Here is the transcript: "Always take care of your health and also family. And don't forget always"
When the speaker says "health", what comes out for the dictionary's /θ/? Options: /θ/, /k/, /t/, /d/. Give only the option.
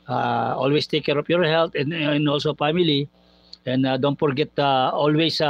/t/